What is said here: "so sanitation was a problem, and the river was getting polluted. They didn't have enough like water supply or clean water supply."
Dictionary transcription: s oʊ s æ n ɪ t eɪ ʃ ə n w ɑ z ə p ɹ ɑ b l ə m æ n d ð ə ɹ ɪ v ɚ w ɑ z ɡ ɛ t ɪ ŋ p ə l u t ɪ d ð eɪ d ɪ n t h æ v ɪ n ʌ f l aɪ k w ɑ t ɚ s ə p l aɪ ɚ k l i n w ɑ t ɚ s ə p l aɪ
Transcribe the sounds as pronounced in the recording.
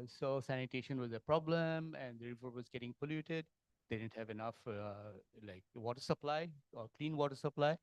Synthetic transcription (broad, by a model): s oʊ s æ n ɪ t eɪ ʃ ə n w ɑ z ə p ɹ ɑ b l ə m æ n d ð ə ɹ ɪ v ɚ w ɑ z ɡ ɛ t ɪ ŋ p ə l u t ɪ d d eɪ d ɪ n t h æ v ɪ n ʌ f l aɪ k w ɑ t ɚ s ə p l aɪ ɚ k l i n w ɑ t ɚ s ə p l aɪ